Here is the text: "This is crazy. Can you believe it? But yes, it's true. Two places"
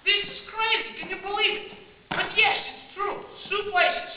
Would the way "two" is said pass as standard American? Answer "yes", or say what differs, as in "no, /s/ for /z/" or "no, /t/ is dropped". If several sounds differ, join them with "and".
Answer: no, /s/ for /t/